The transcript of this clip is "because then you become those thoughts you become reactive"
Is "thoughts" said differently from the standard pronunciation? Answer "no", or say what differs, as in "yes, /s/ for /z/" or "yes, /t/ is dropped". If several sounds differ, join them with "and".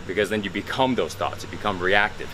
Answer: no